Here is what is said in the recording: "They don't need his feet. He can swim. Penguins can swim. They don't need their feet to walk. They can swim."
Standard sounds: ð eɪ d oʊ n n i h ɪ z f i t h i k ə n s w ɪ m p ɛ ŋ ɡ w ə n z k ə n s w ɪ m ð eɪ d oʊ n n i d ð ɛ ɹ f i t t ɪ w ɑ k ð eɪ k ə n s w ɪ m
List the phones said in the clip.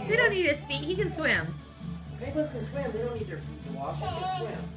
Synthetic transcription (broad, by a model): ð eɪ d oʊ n n i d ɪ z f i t h i k ə n s w ɪ m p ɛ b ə z k ə n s w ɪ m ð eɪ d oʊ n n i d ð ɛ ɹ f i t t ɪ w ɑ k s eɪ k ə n s w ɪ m